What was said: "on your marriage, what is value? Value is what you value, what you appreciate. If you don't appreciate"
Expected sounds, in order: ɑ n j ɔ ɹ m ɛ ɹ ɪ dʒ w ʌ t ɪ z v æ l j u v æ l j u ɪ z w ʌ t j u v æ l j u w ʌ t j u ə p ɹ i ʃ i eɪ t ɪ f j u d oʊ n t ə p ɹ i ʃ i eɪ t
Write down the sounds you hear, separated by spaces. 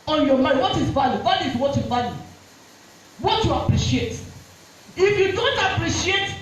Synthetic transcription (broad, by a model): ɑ n j ɔ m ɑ ɪ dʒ w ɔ t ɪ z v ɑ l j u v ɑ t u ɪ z w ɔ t j u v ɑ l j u w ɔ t j u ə p ɹ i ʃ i eɪ t ɪ f j u d oʊ n t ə p ɹ i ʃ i eɪ t